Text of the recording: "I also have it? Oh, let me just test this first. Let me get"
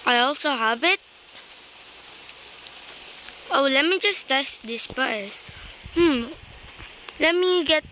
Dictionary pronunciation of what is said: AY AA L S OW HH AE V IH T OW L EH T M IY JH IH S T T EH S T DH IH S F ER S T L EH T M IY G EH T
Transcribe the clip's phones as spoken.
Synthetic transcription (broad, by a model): AY AA L S OW HH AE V IH T OW L EH T M IY JH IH S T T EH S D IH S P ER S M L EH T M IY G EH T